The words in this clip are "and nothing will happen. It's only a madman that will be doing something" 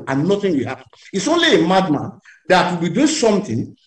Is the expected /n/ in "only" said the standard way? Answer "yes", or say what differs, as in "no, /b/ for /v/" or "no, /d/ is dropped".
yes